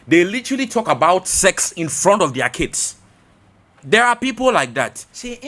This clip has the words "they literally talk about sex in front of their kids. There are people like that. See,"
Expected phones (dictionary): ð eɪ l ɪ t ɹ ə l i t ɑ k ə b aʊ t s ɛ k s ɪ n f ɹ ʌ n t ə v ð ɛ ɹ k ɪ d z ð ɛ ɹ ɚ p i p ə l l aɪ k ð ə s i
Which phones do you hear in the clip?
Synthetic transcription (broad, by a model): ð eɪ l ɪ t ɹ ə l i t ɑ k ə b aʊ t s ɛ k s ɪ n f ɹ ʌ n t ə v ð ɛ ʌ k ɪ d s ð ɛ ɹ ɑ p i p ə l l aɪ k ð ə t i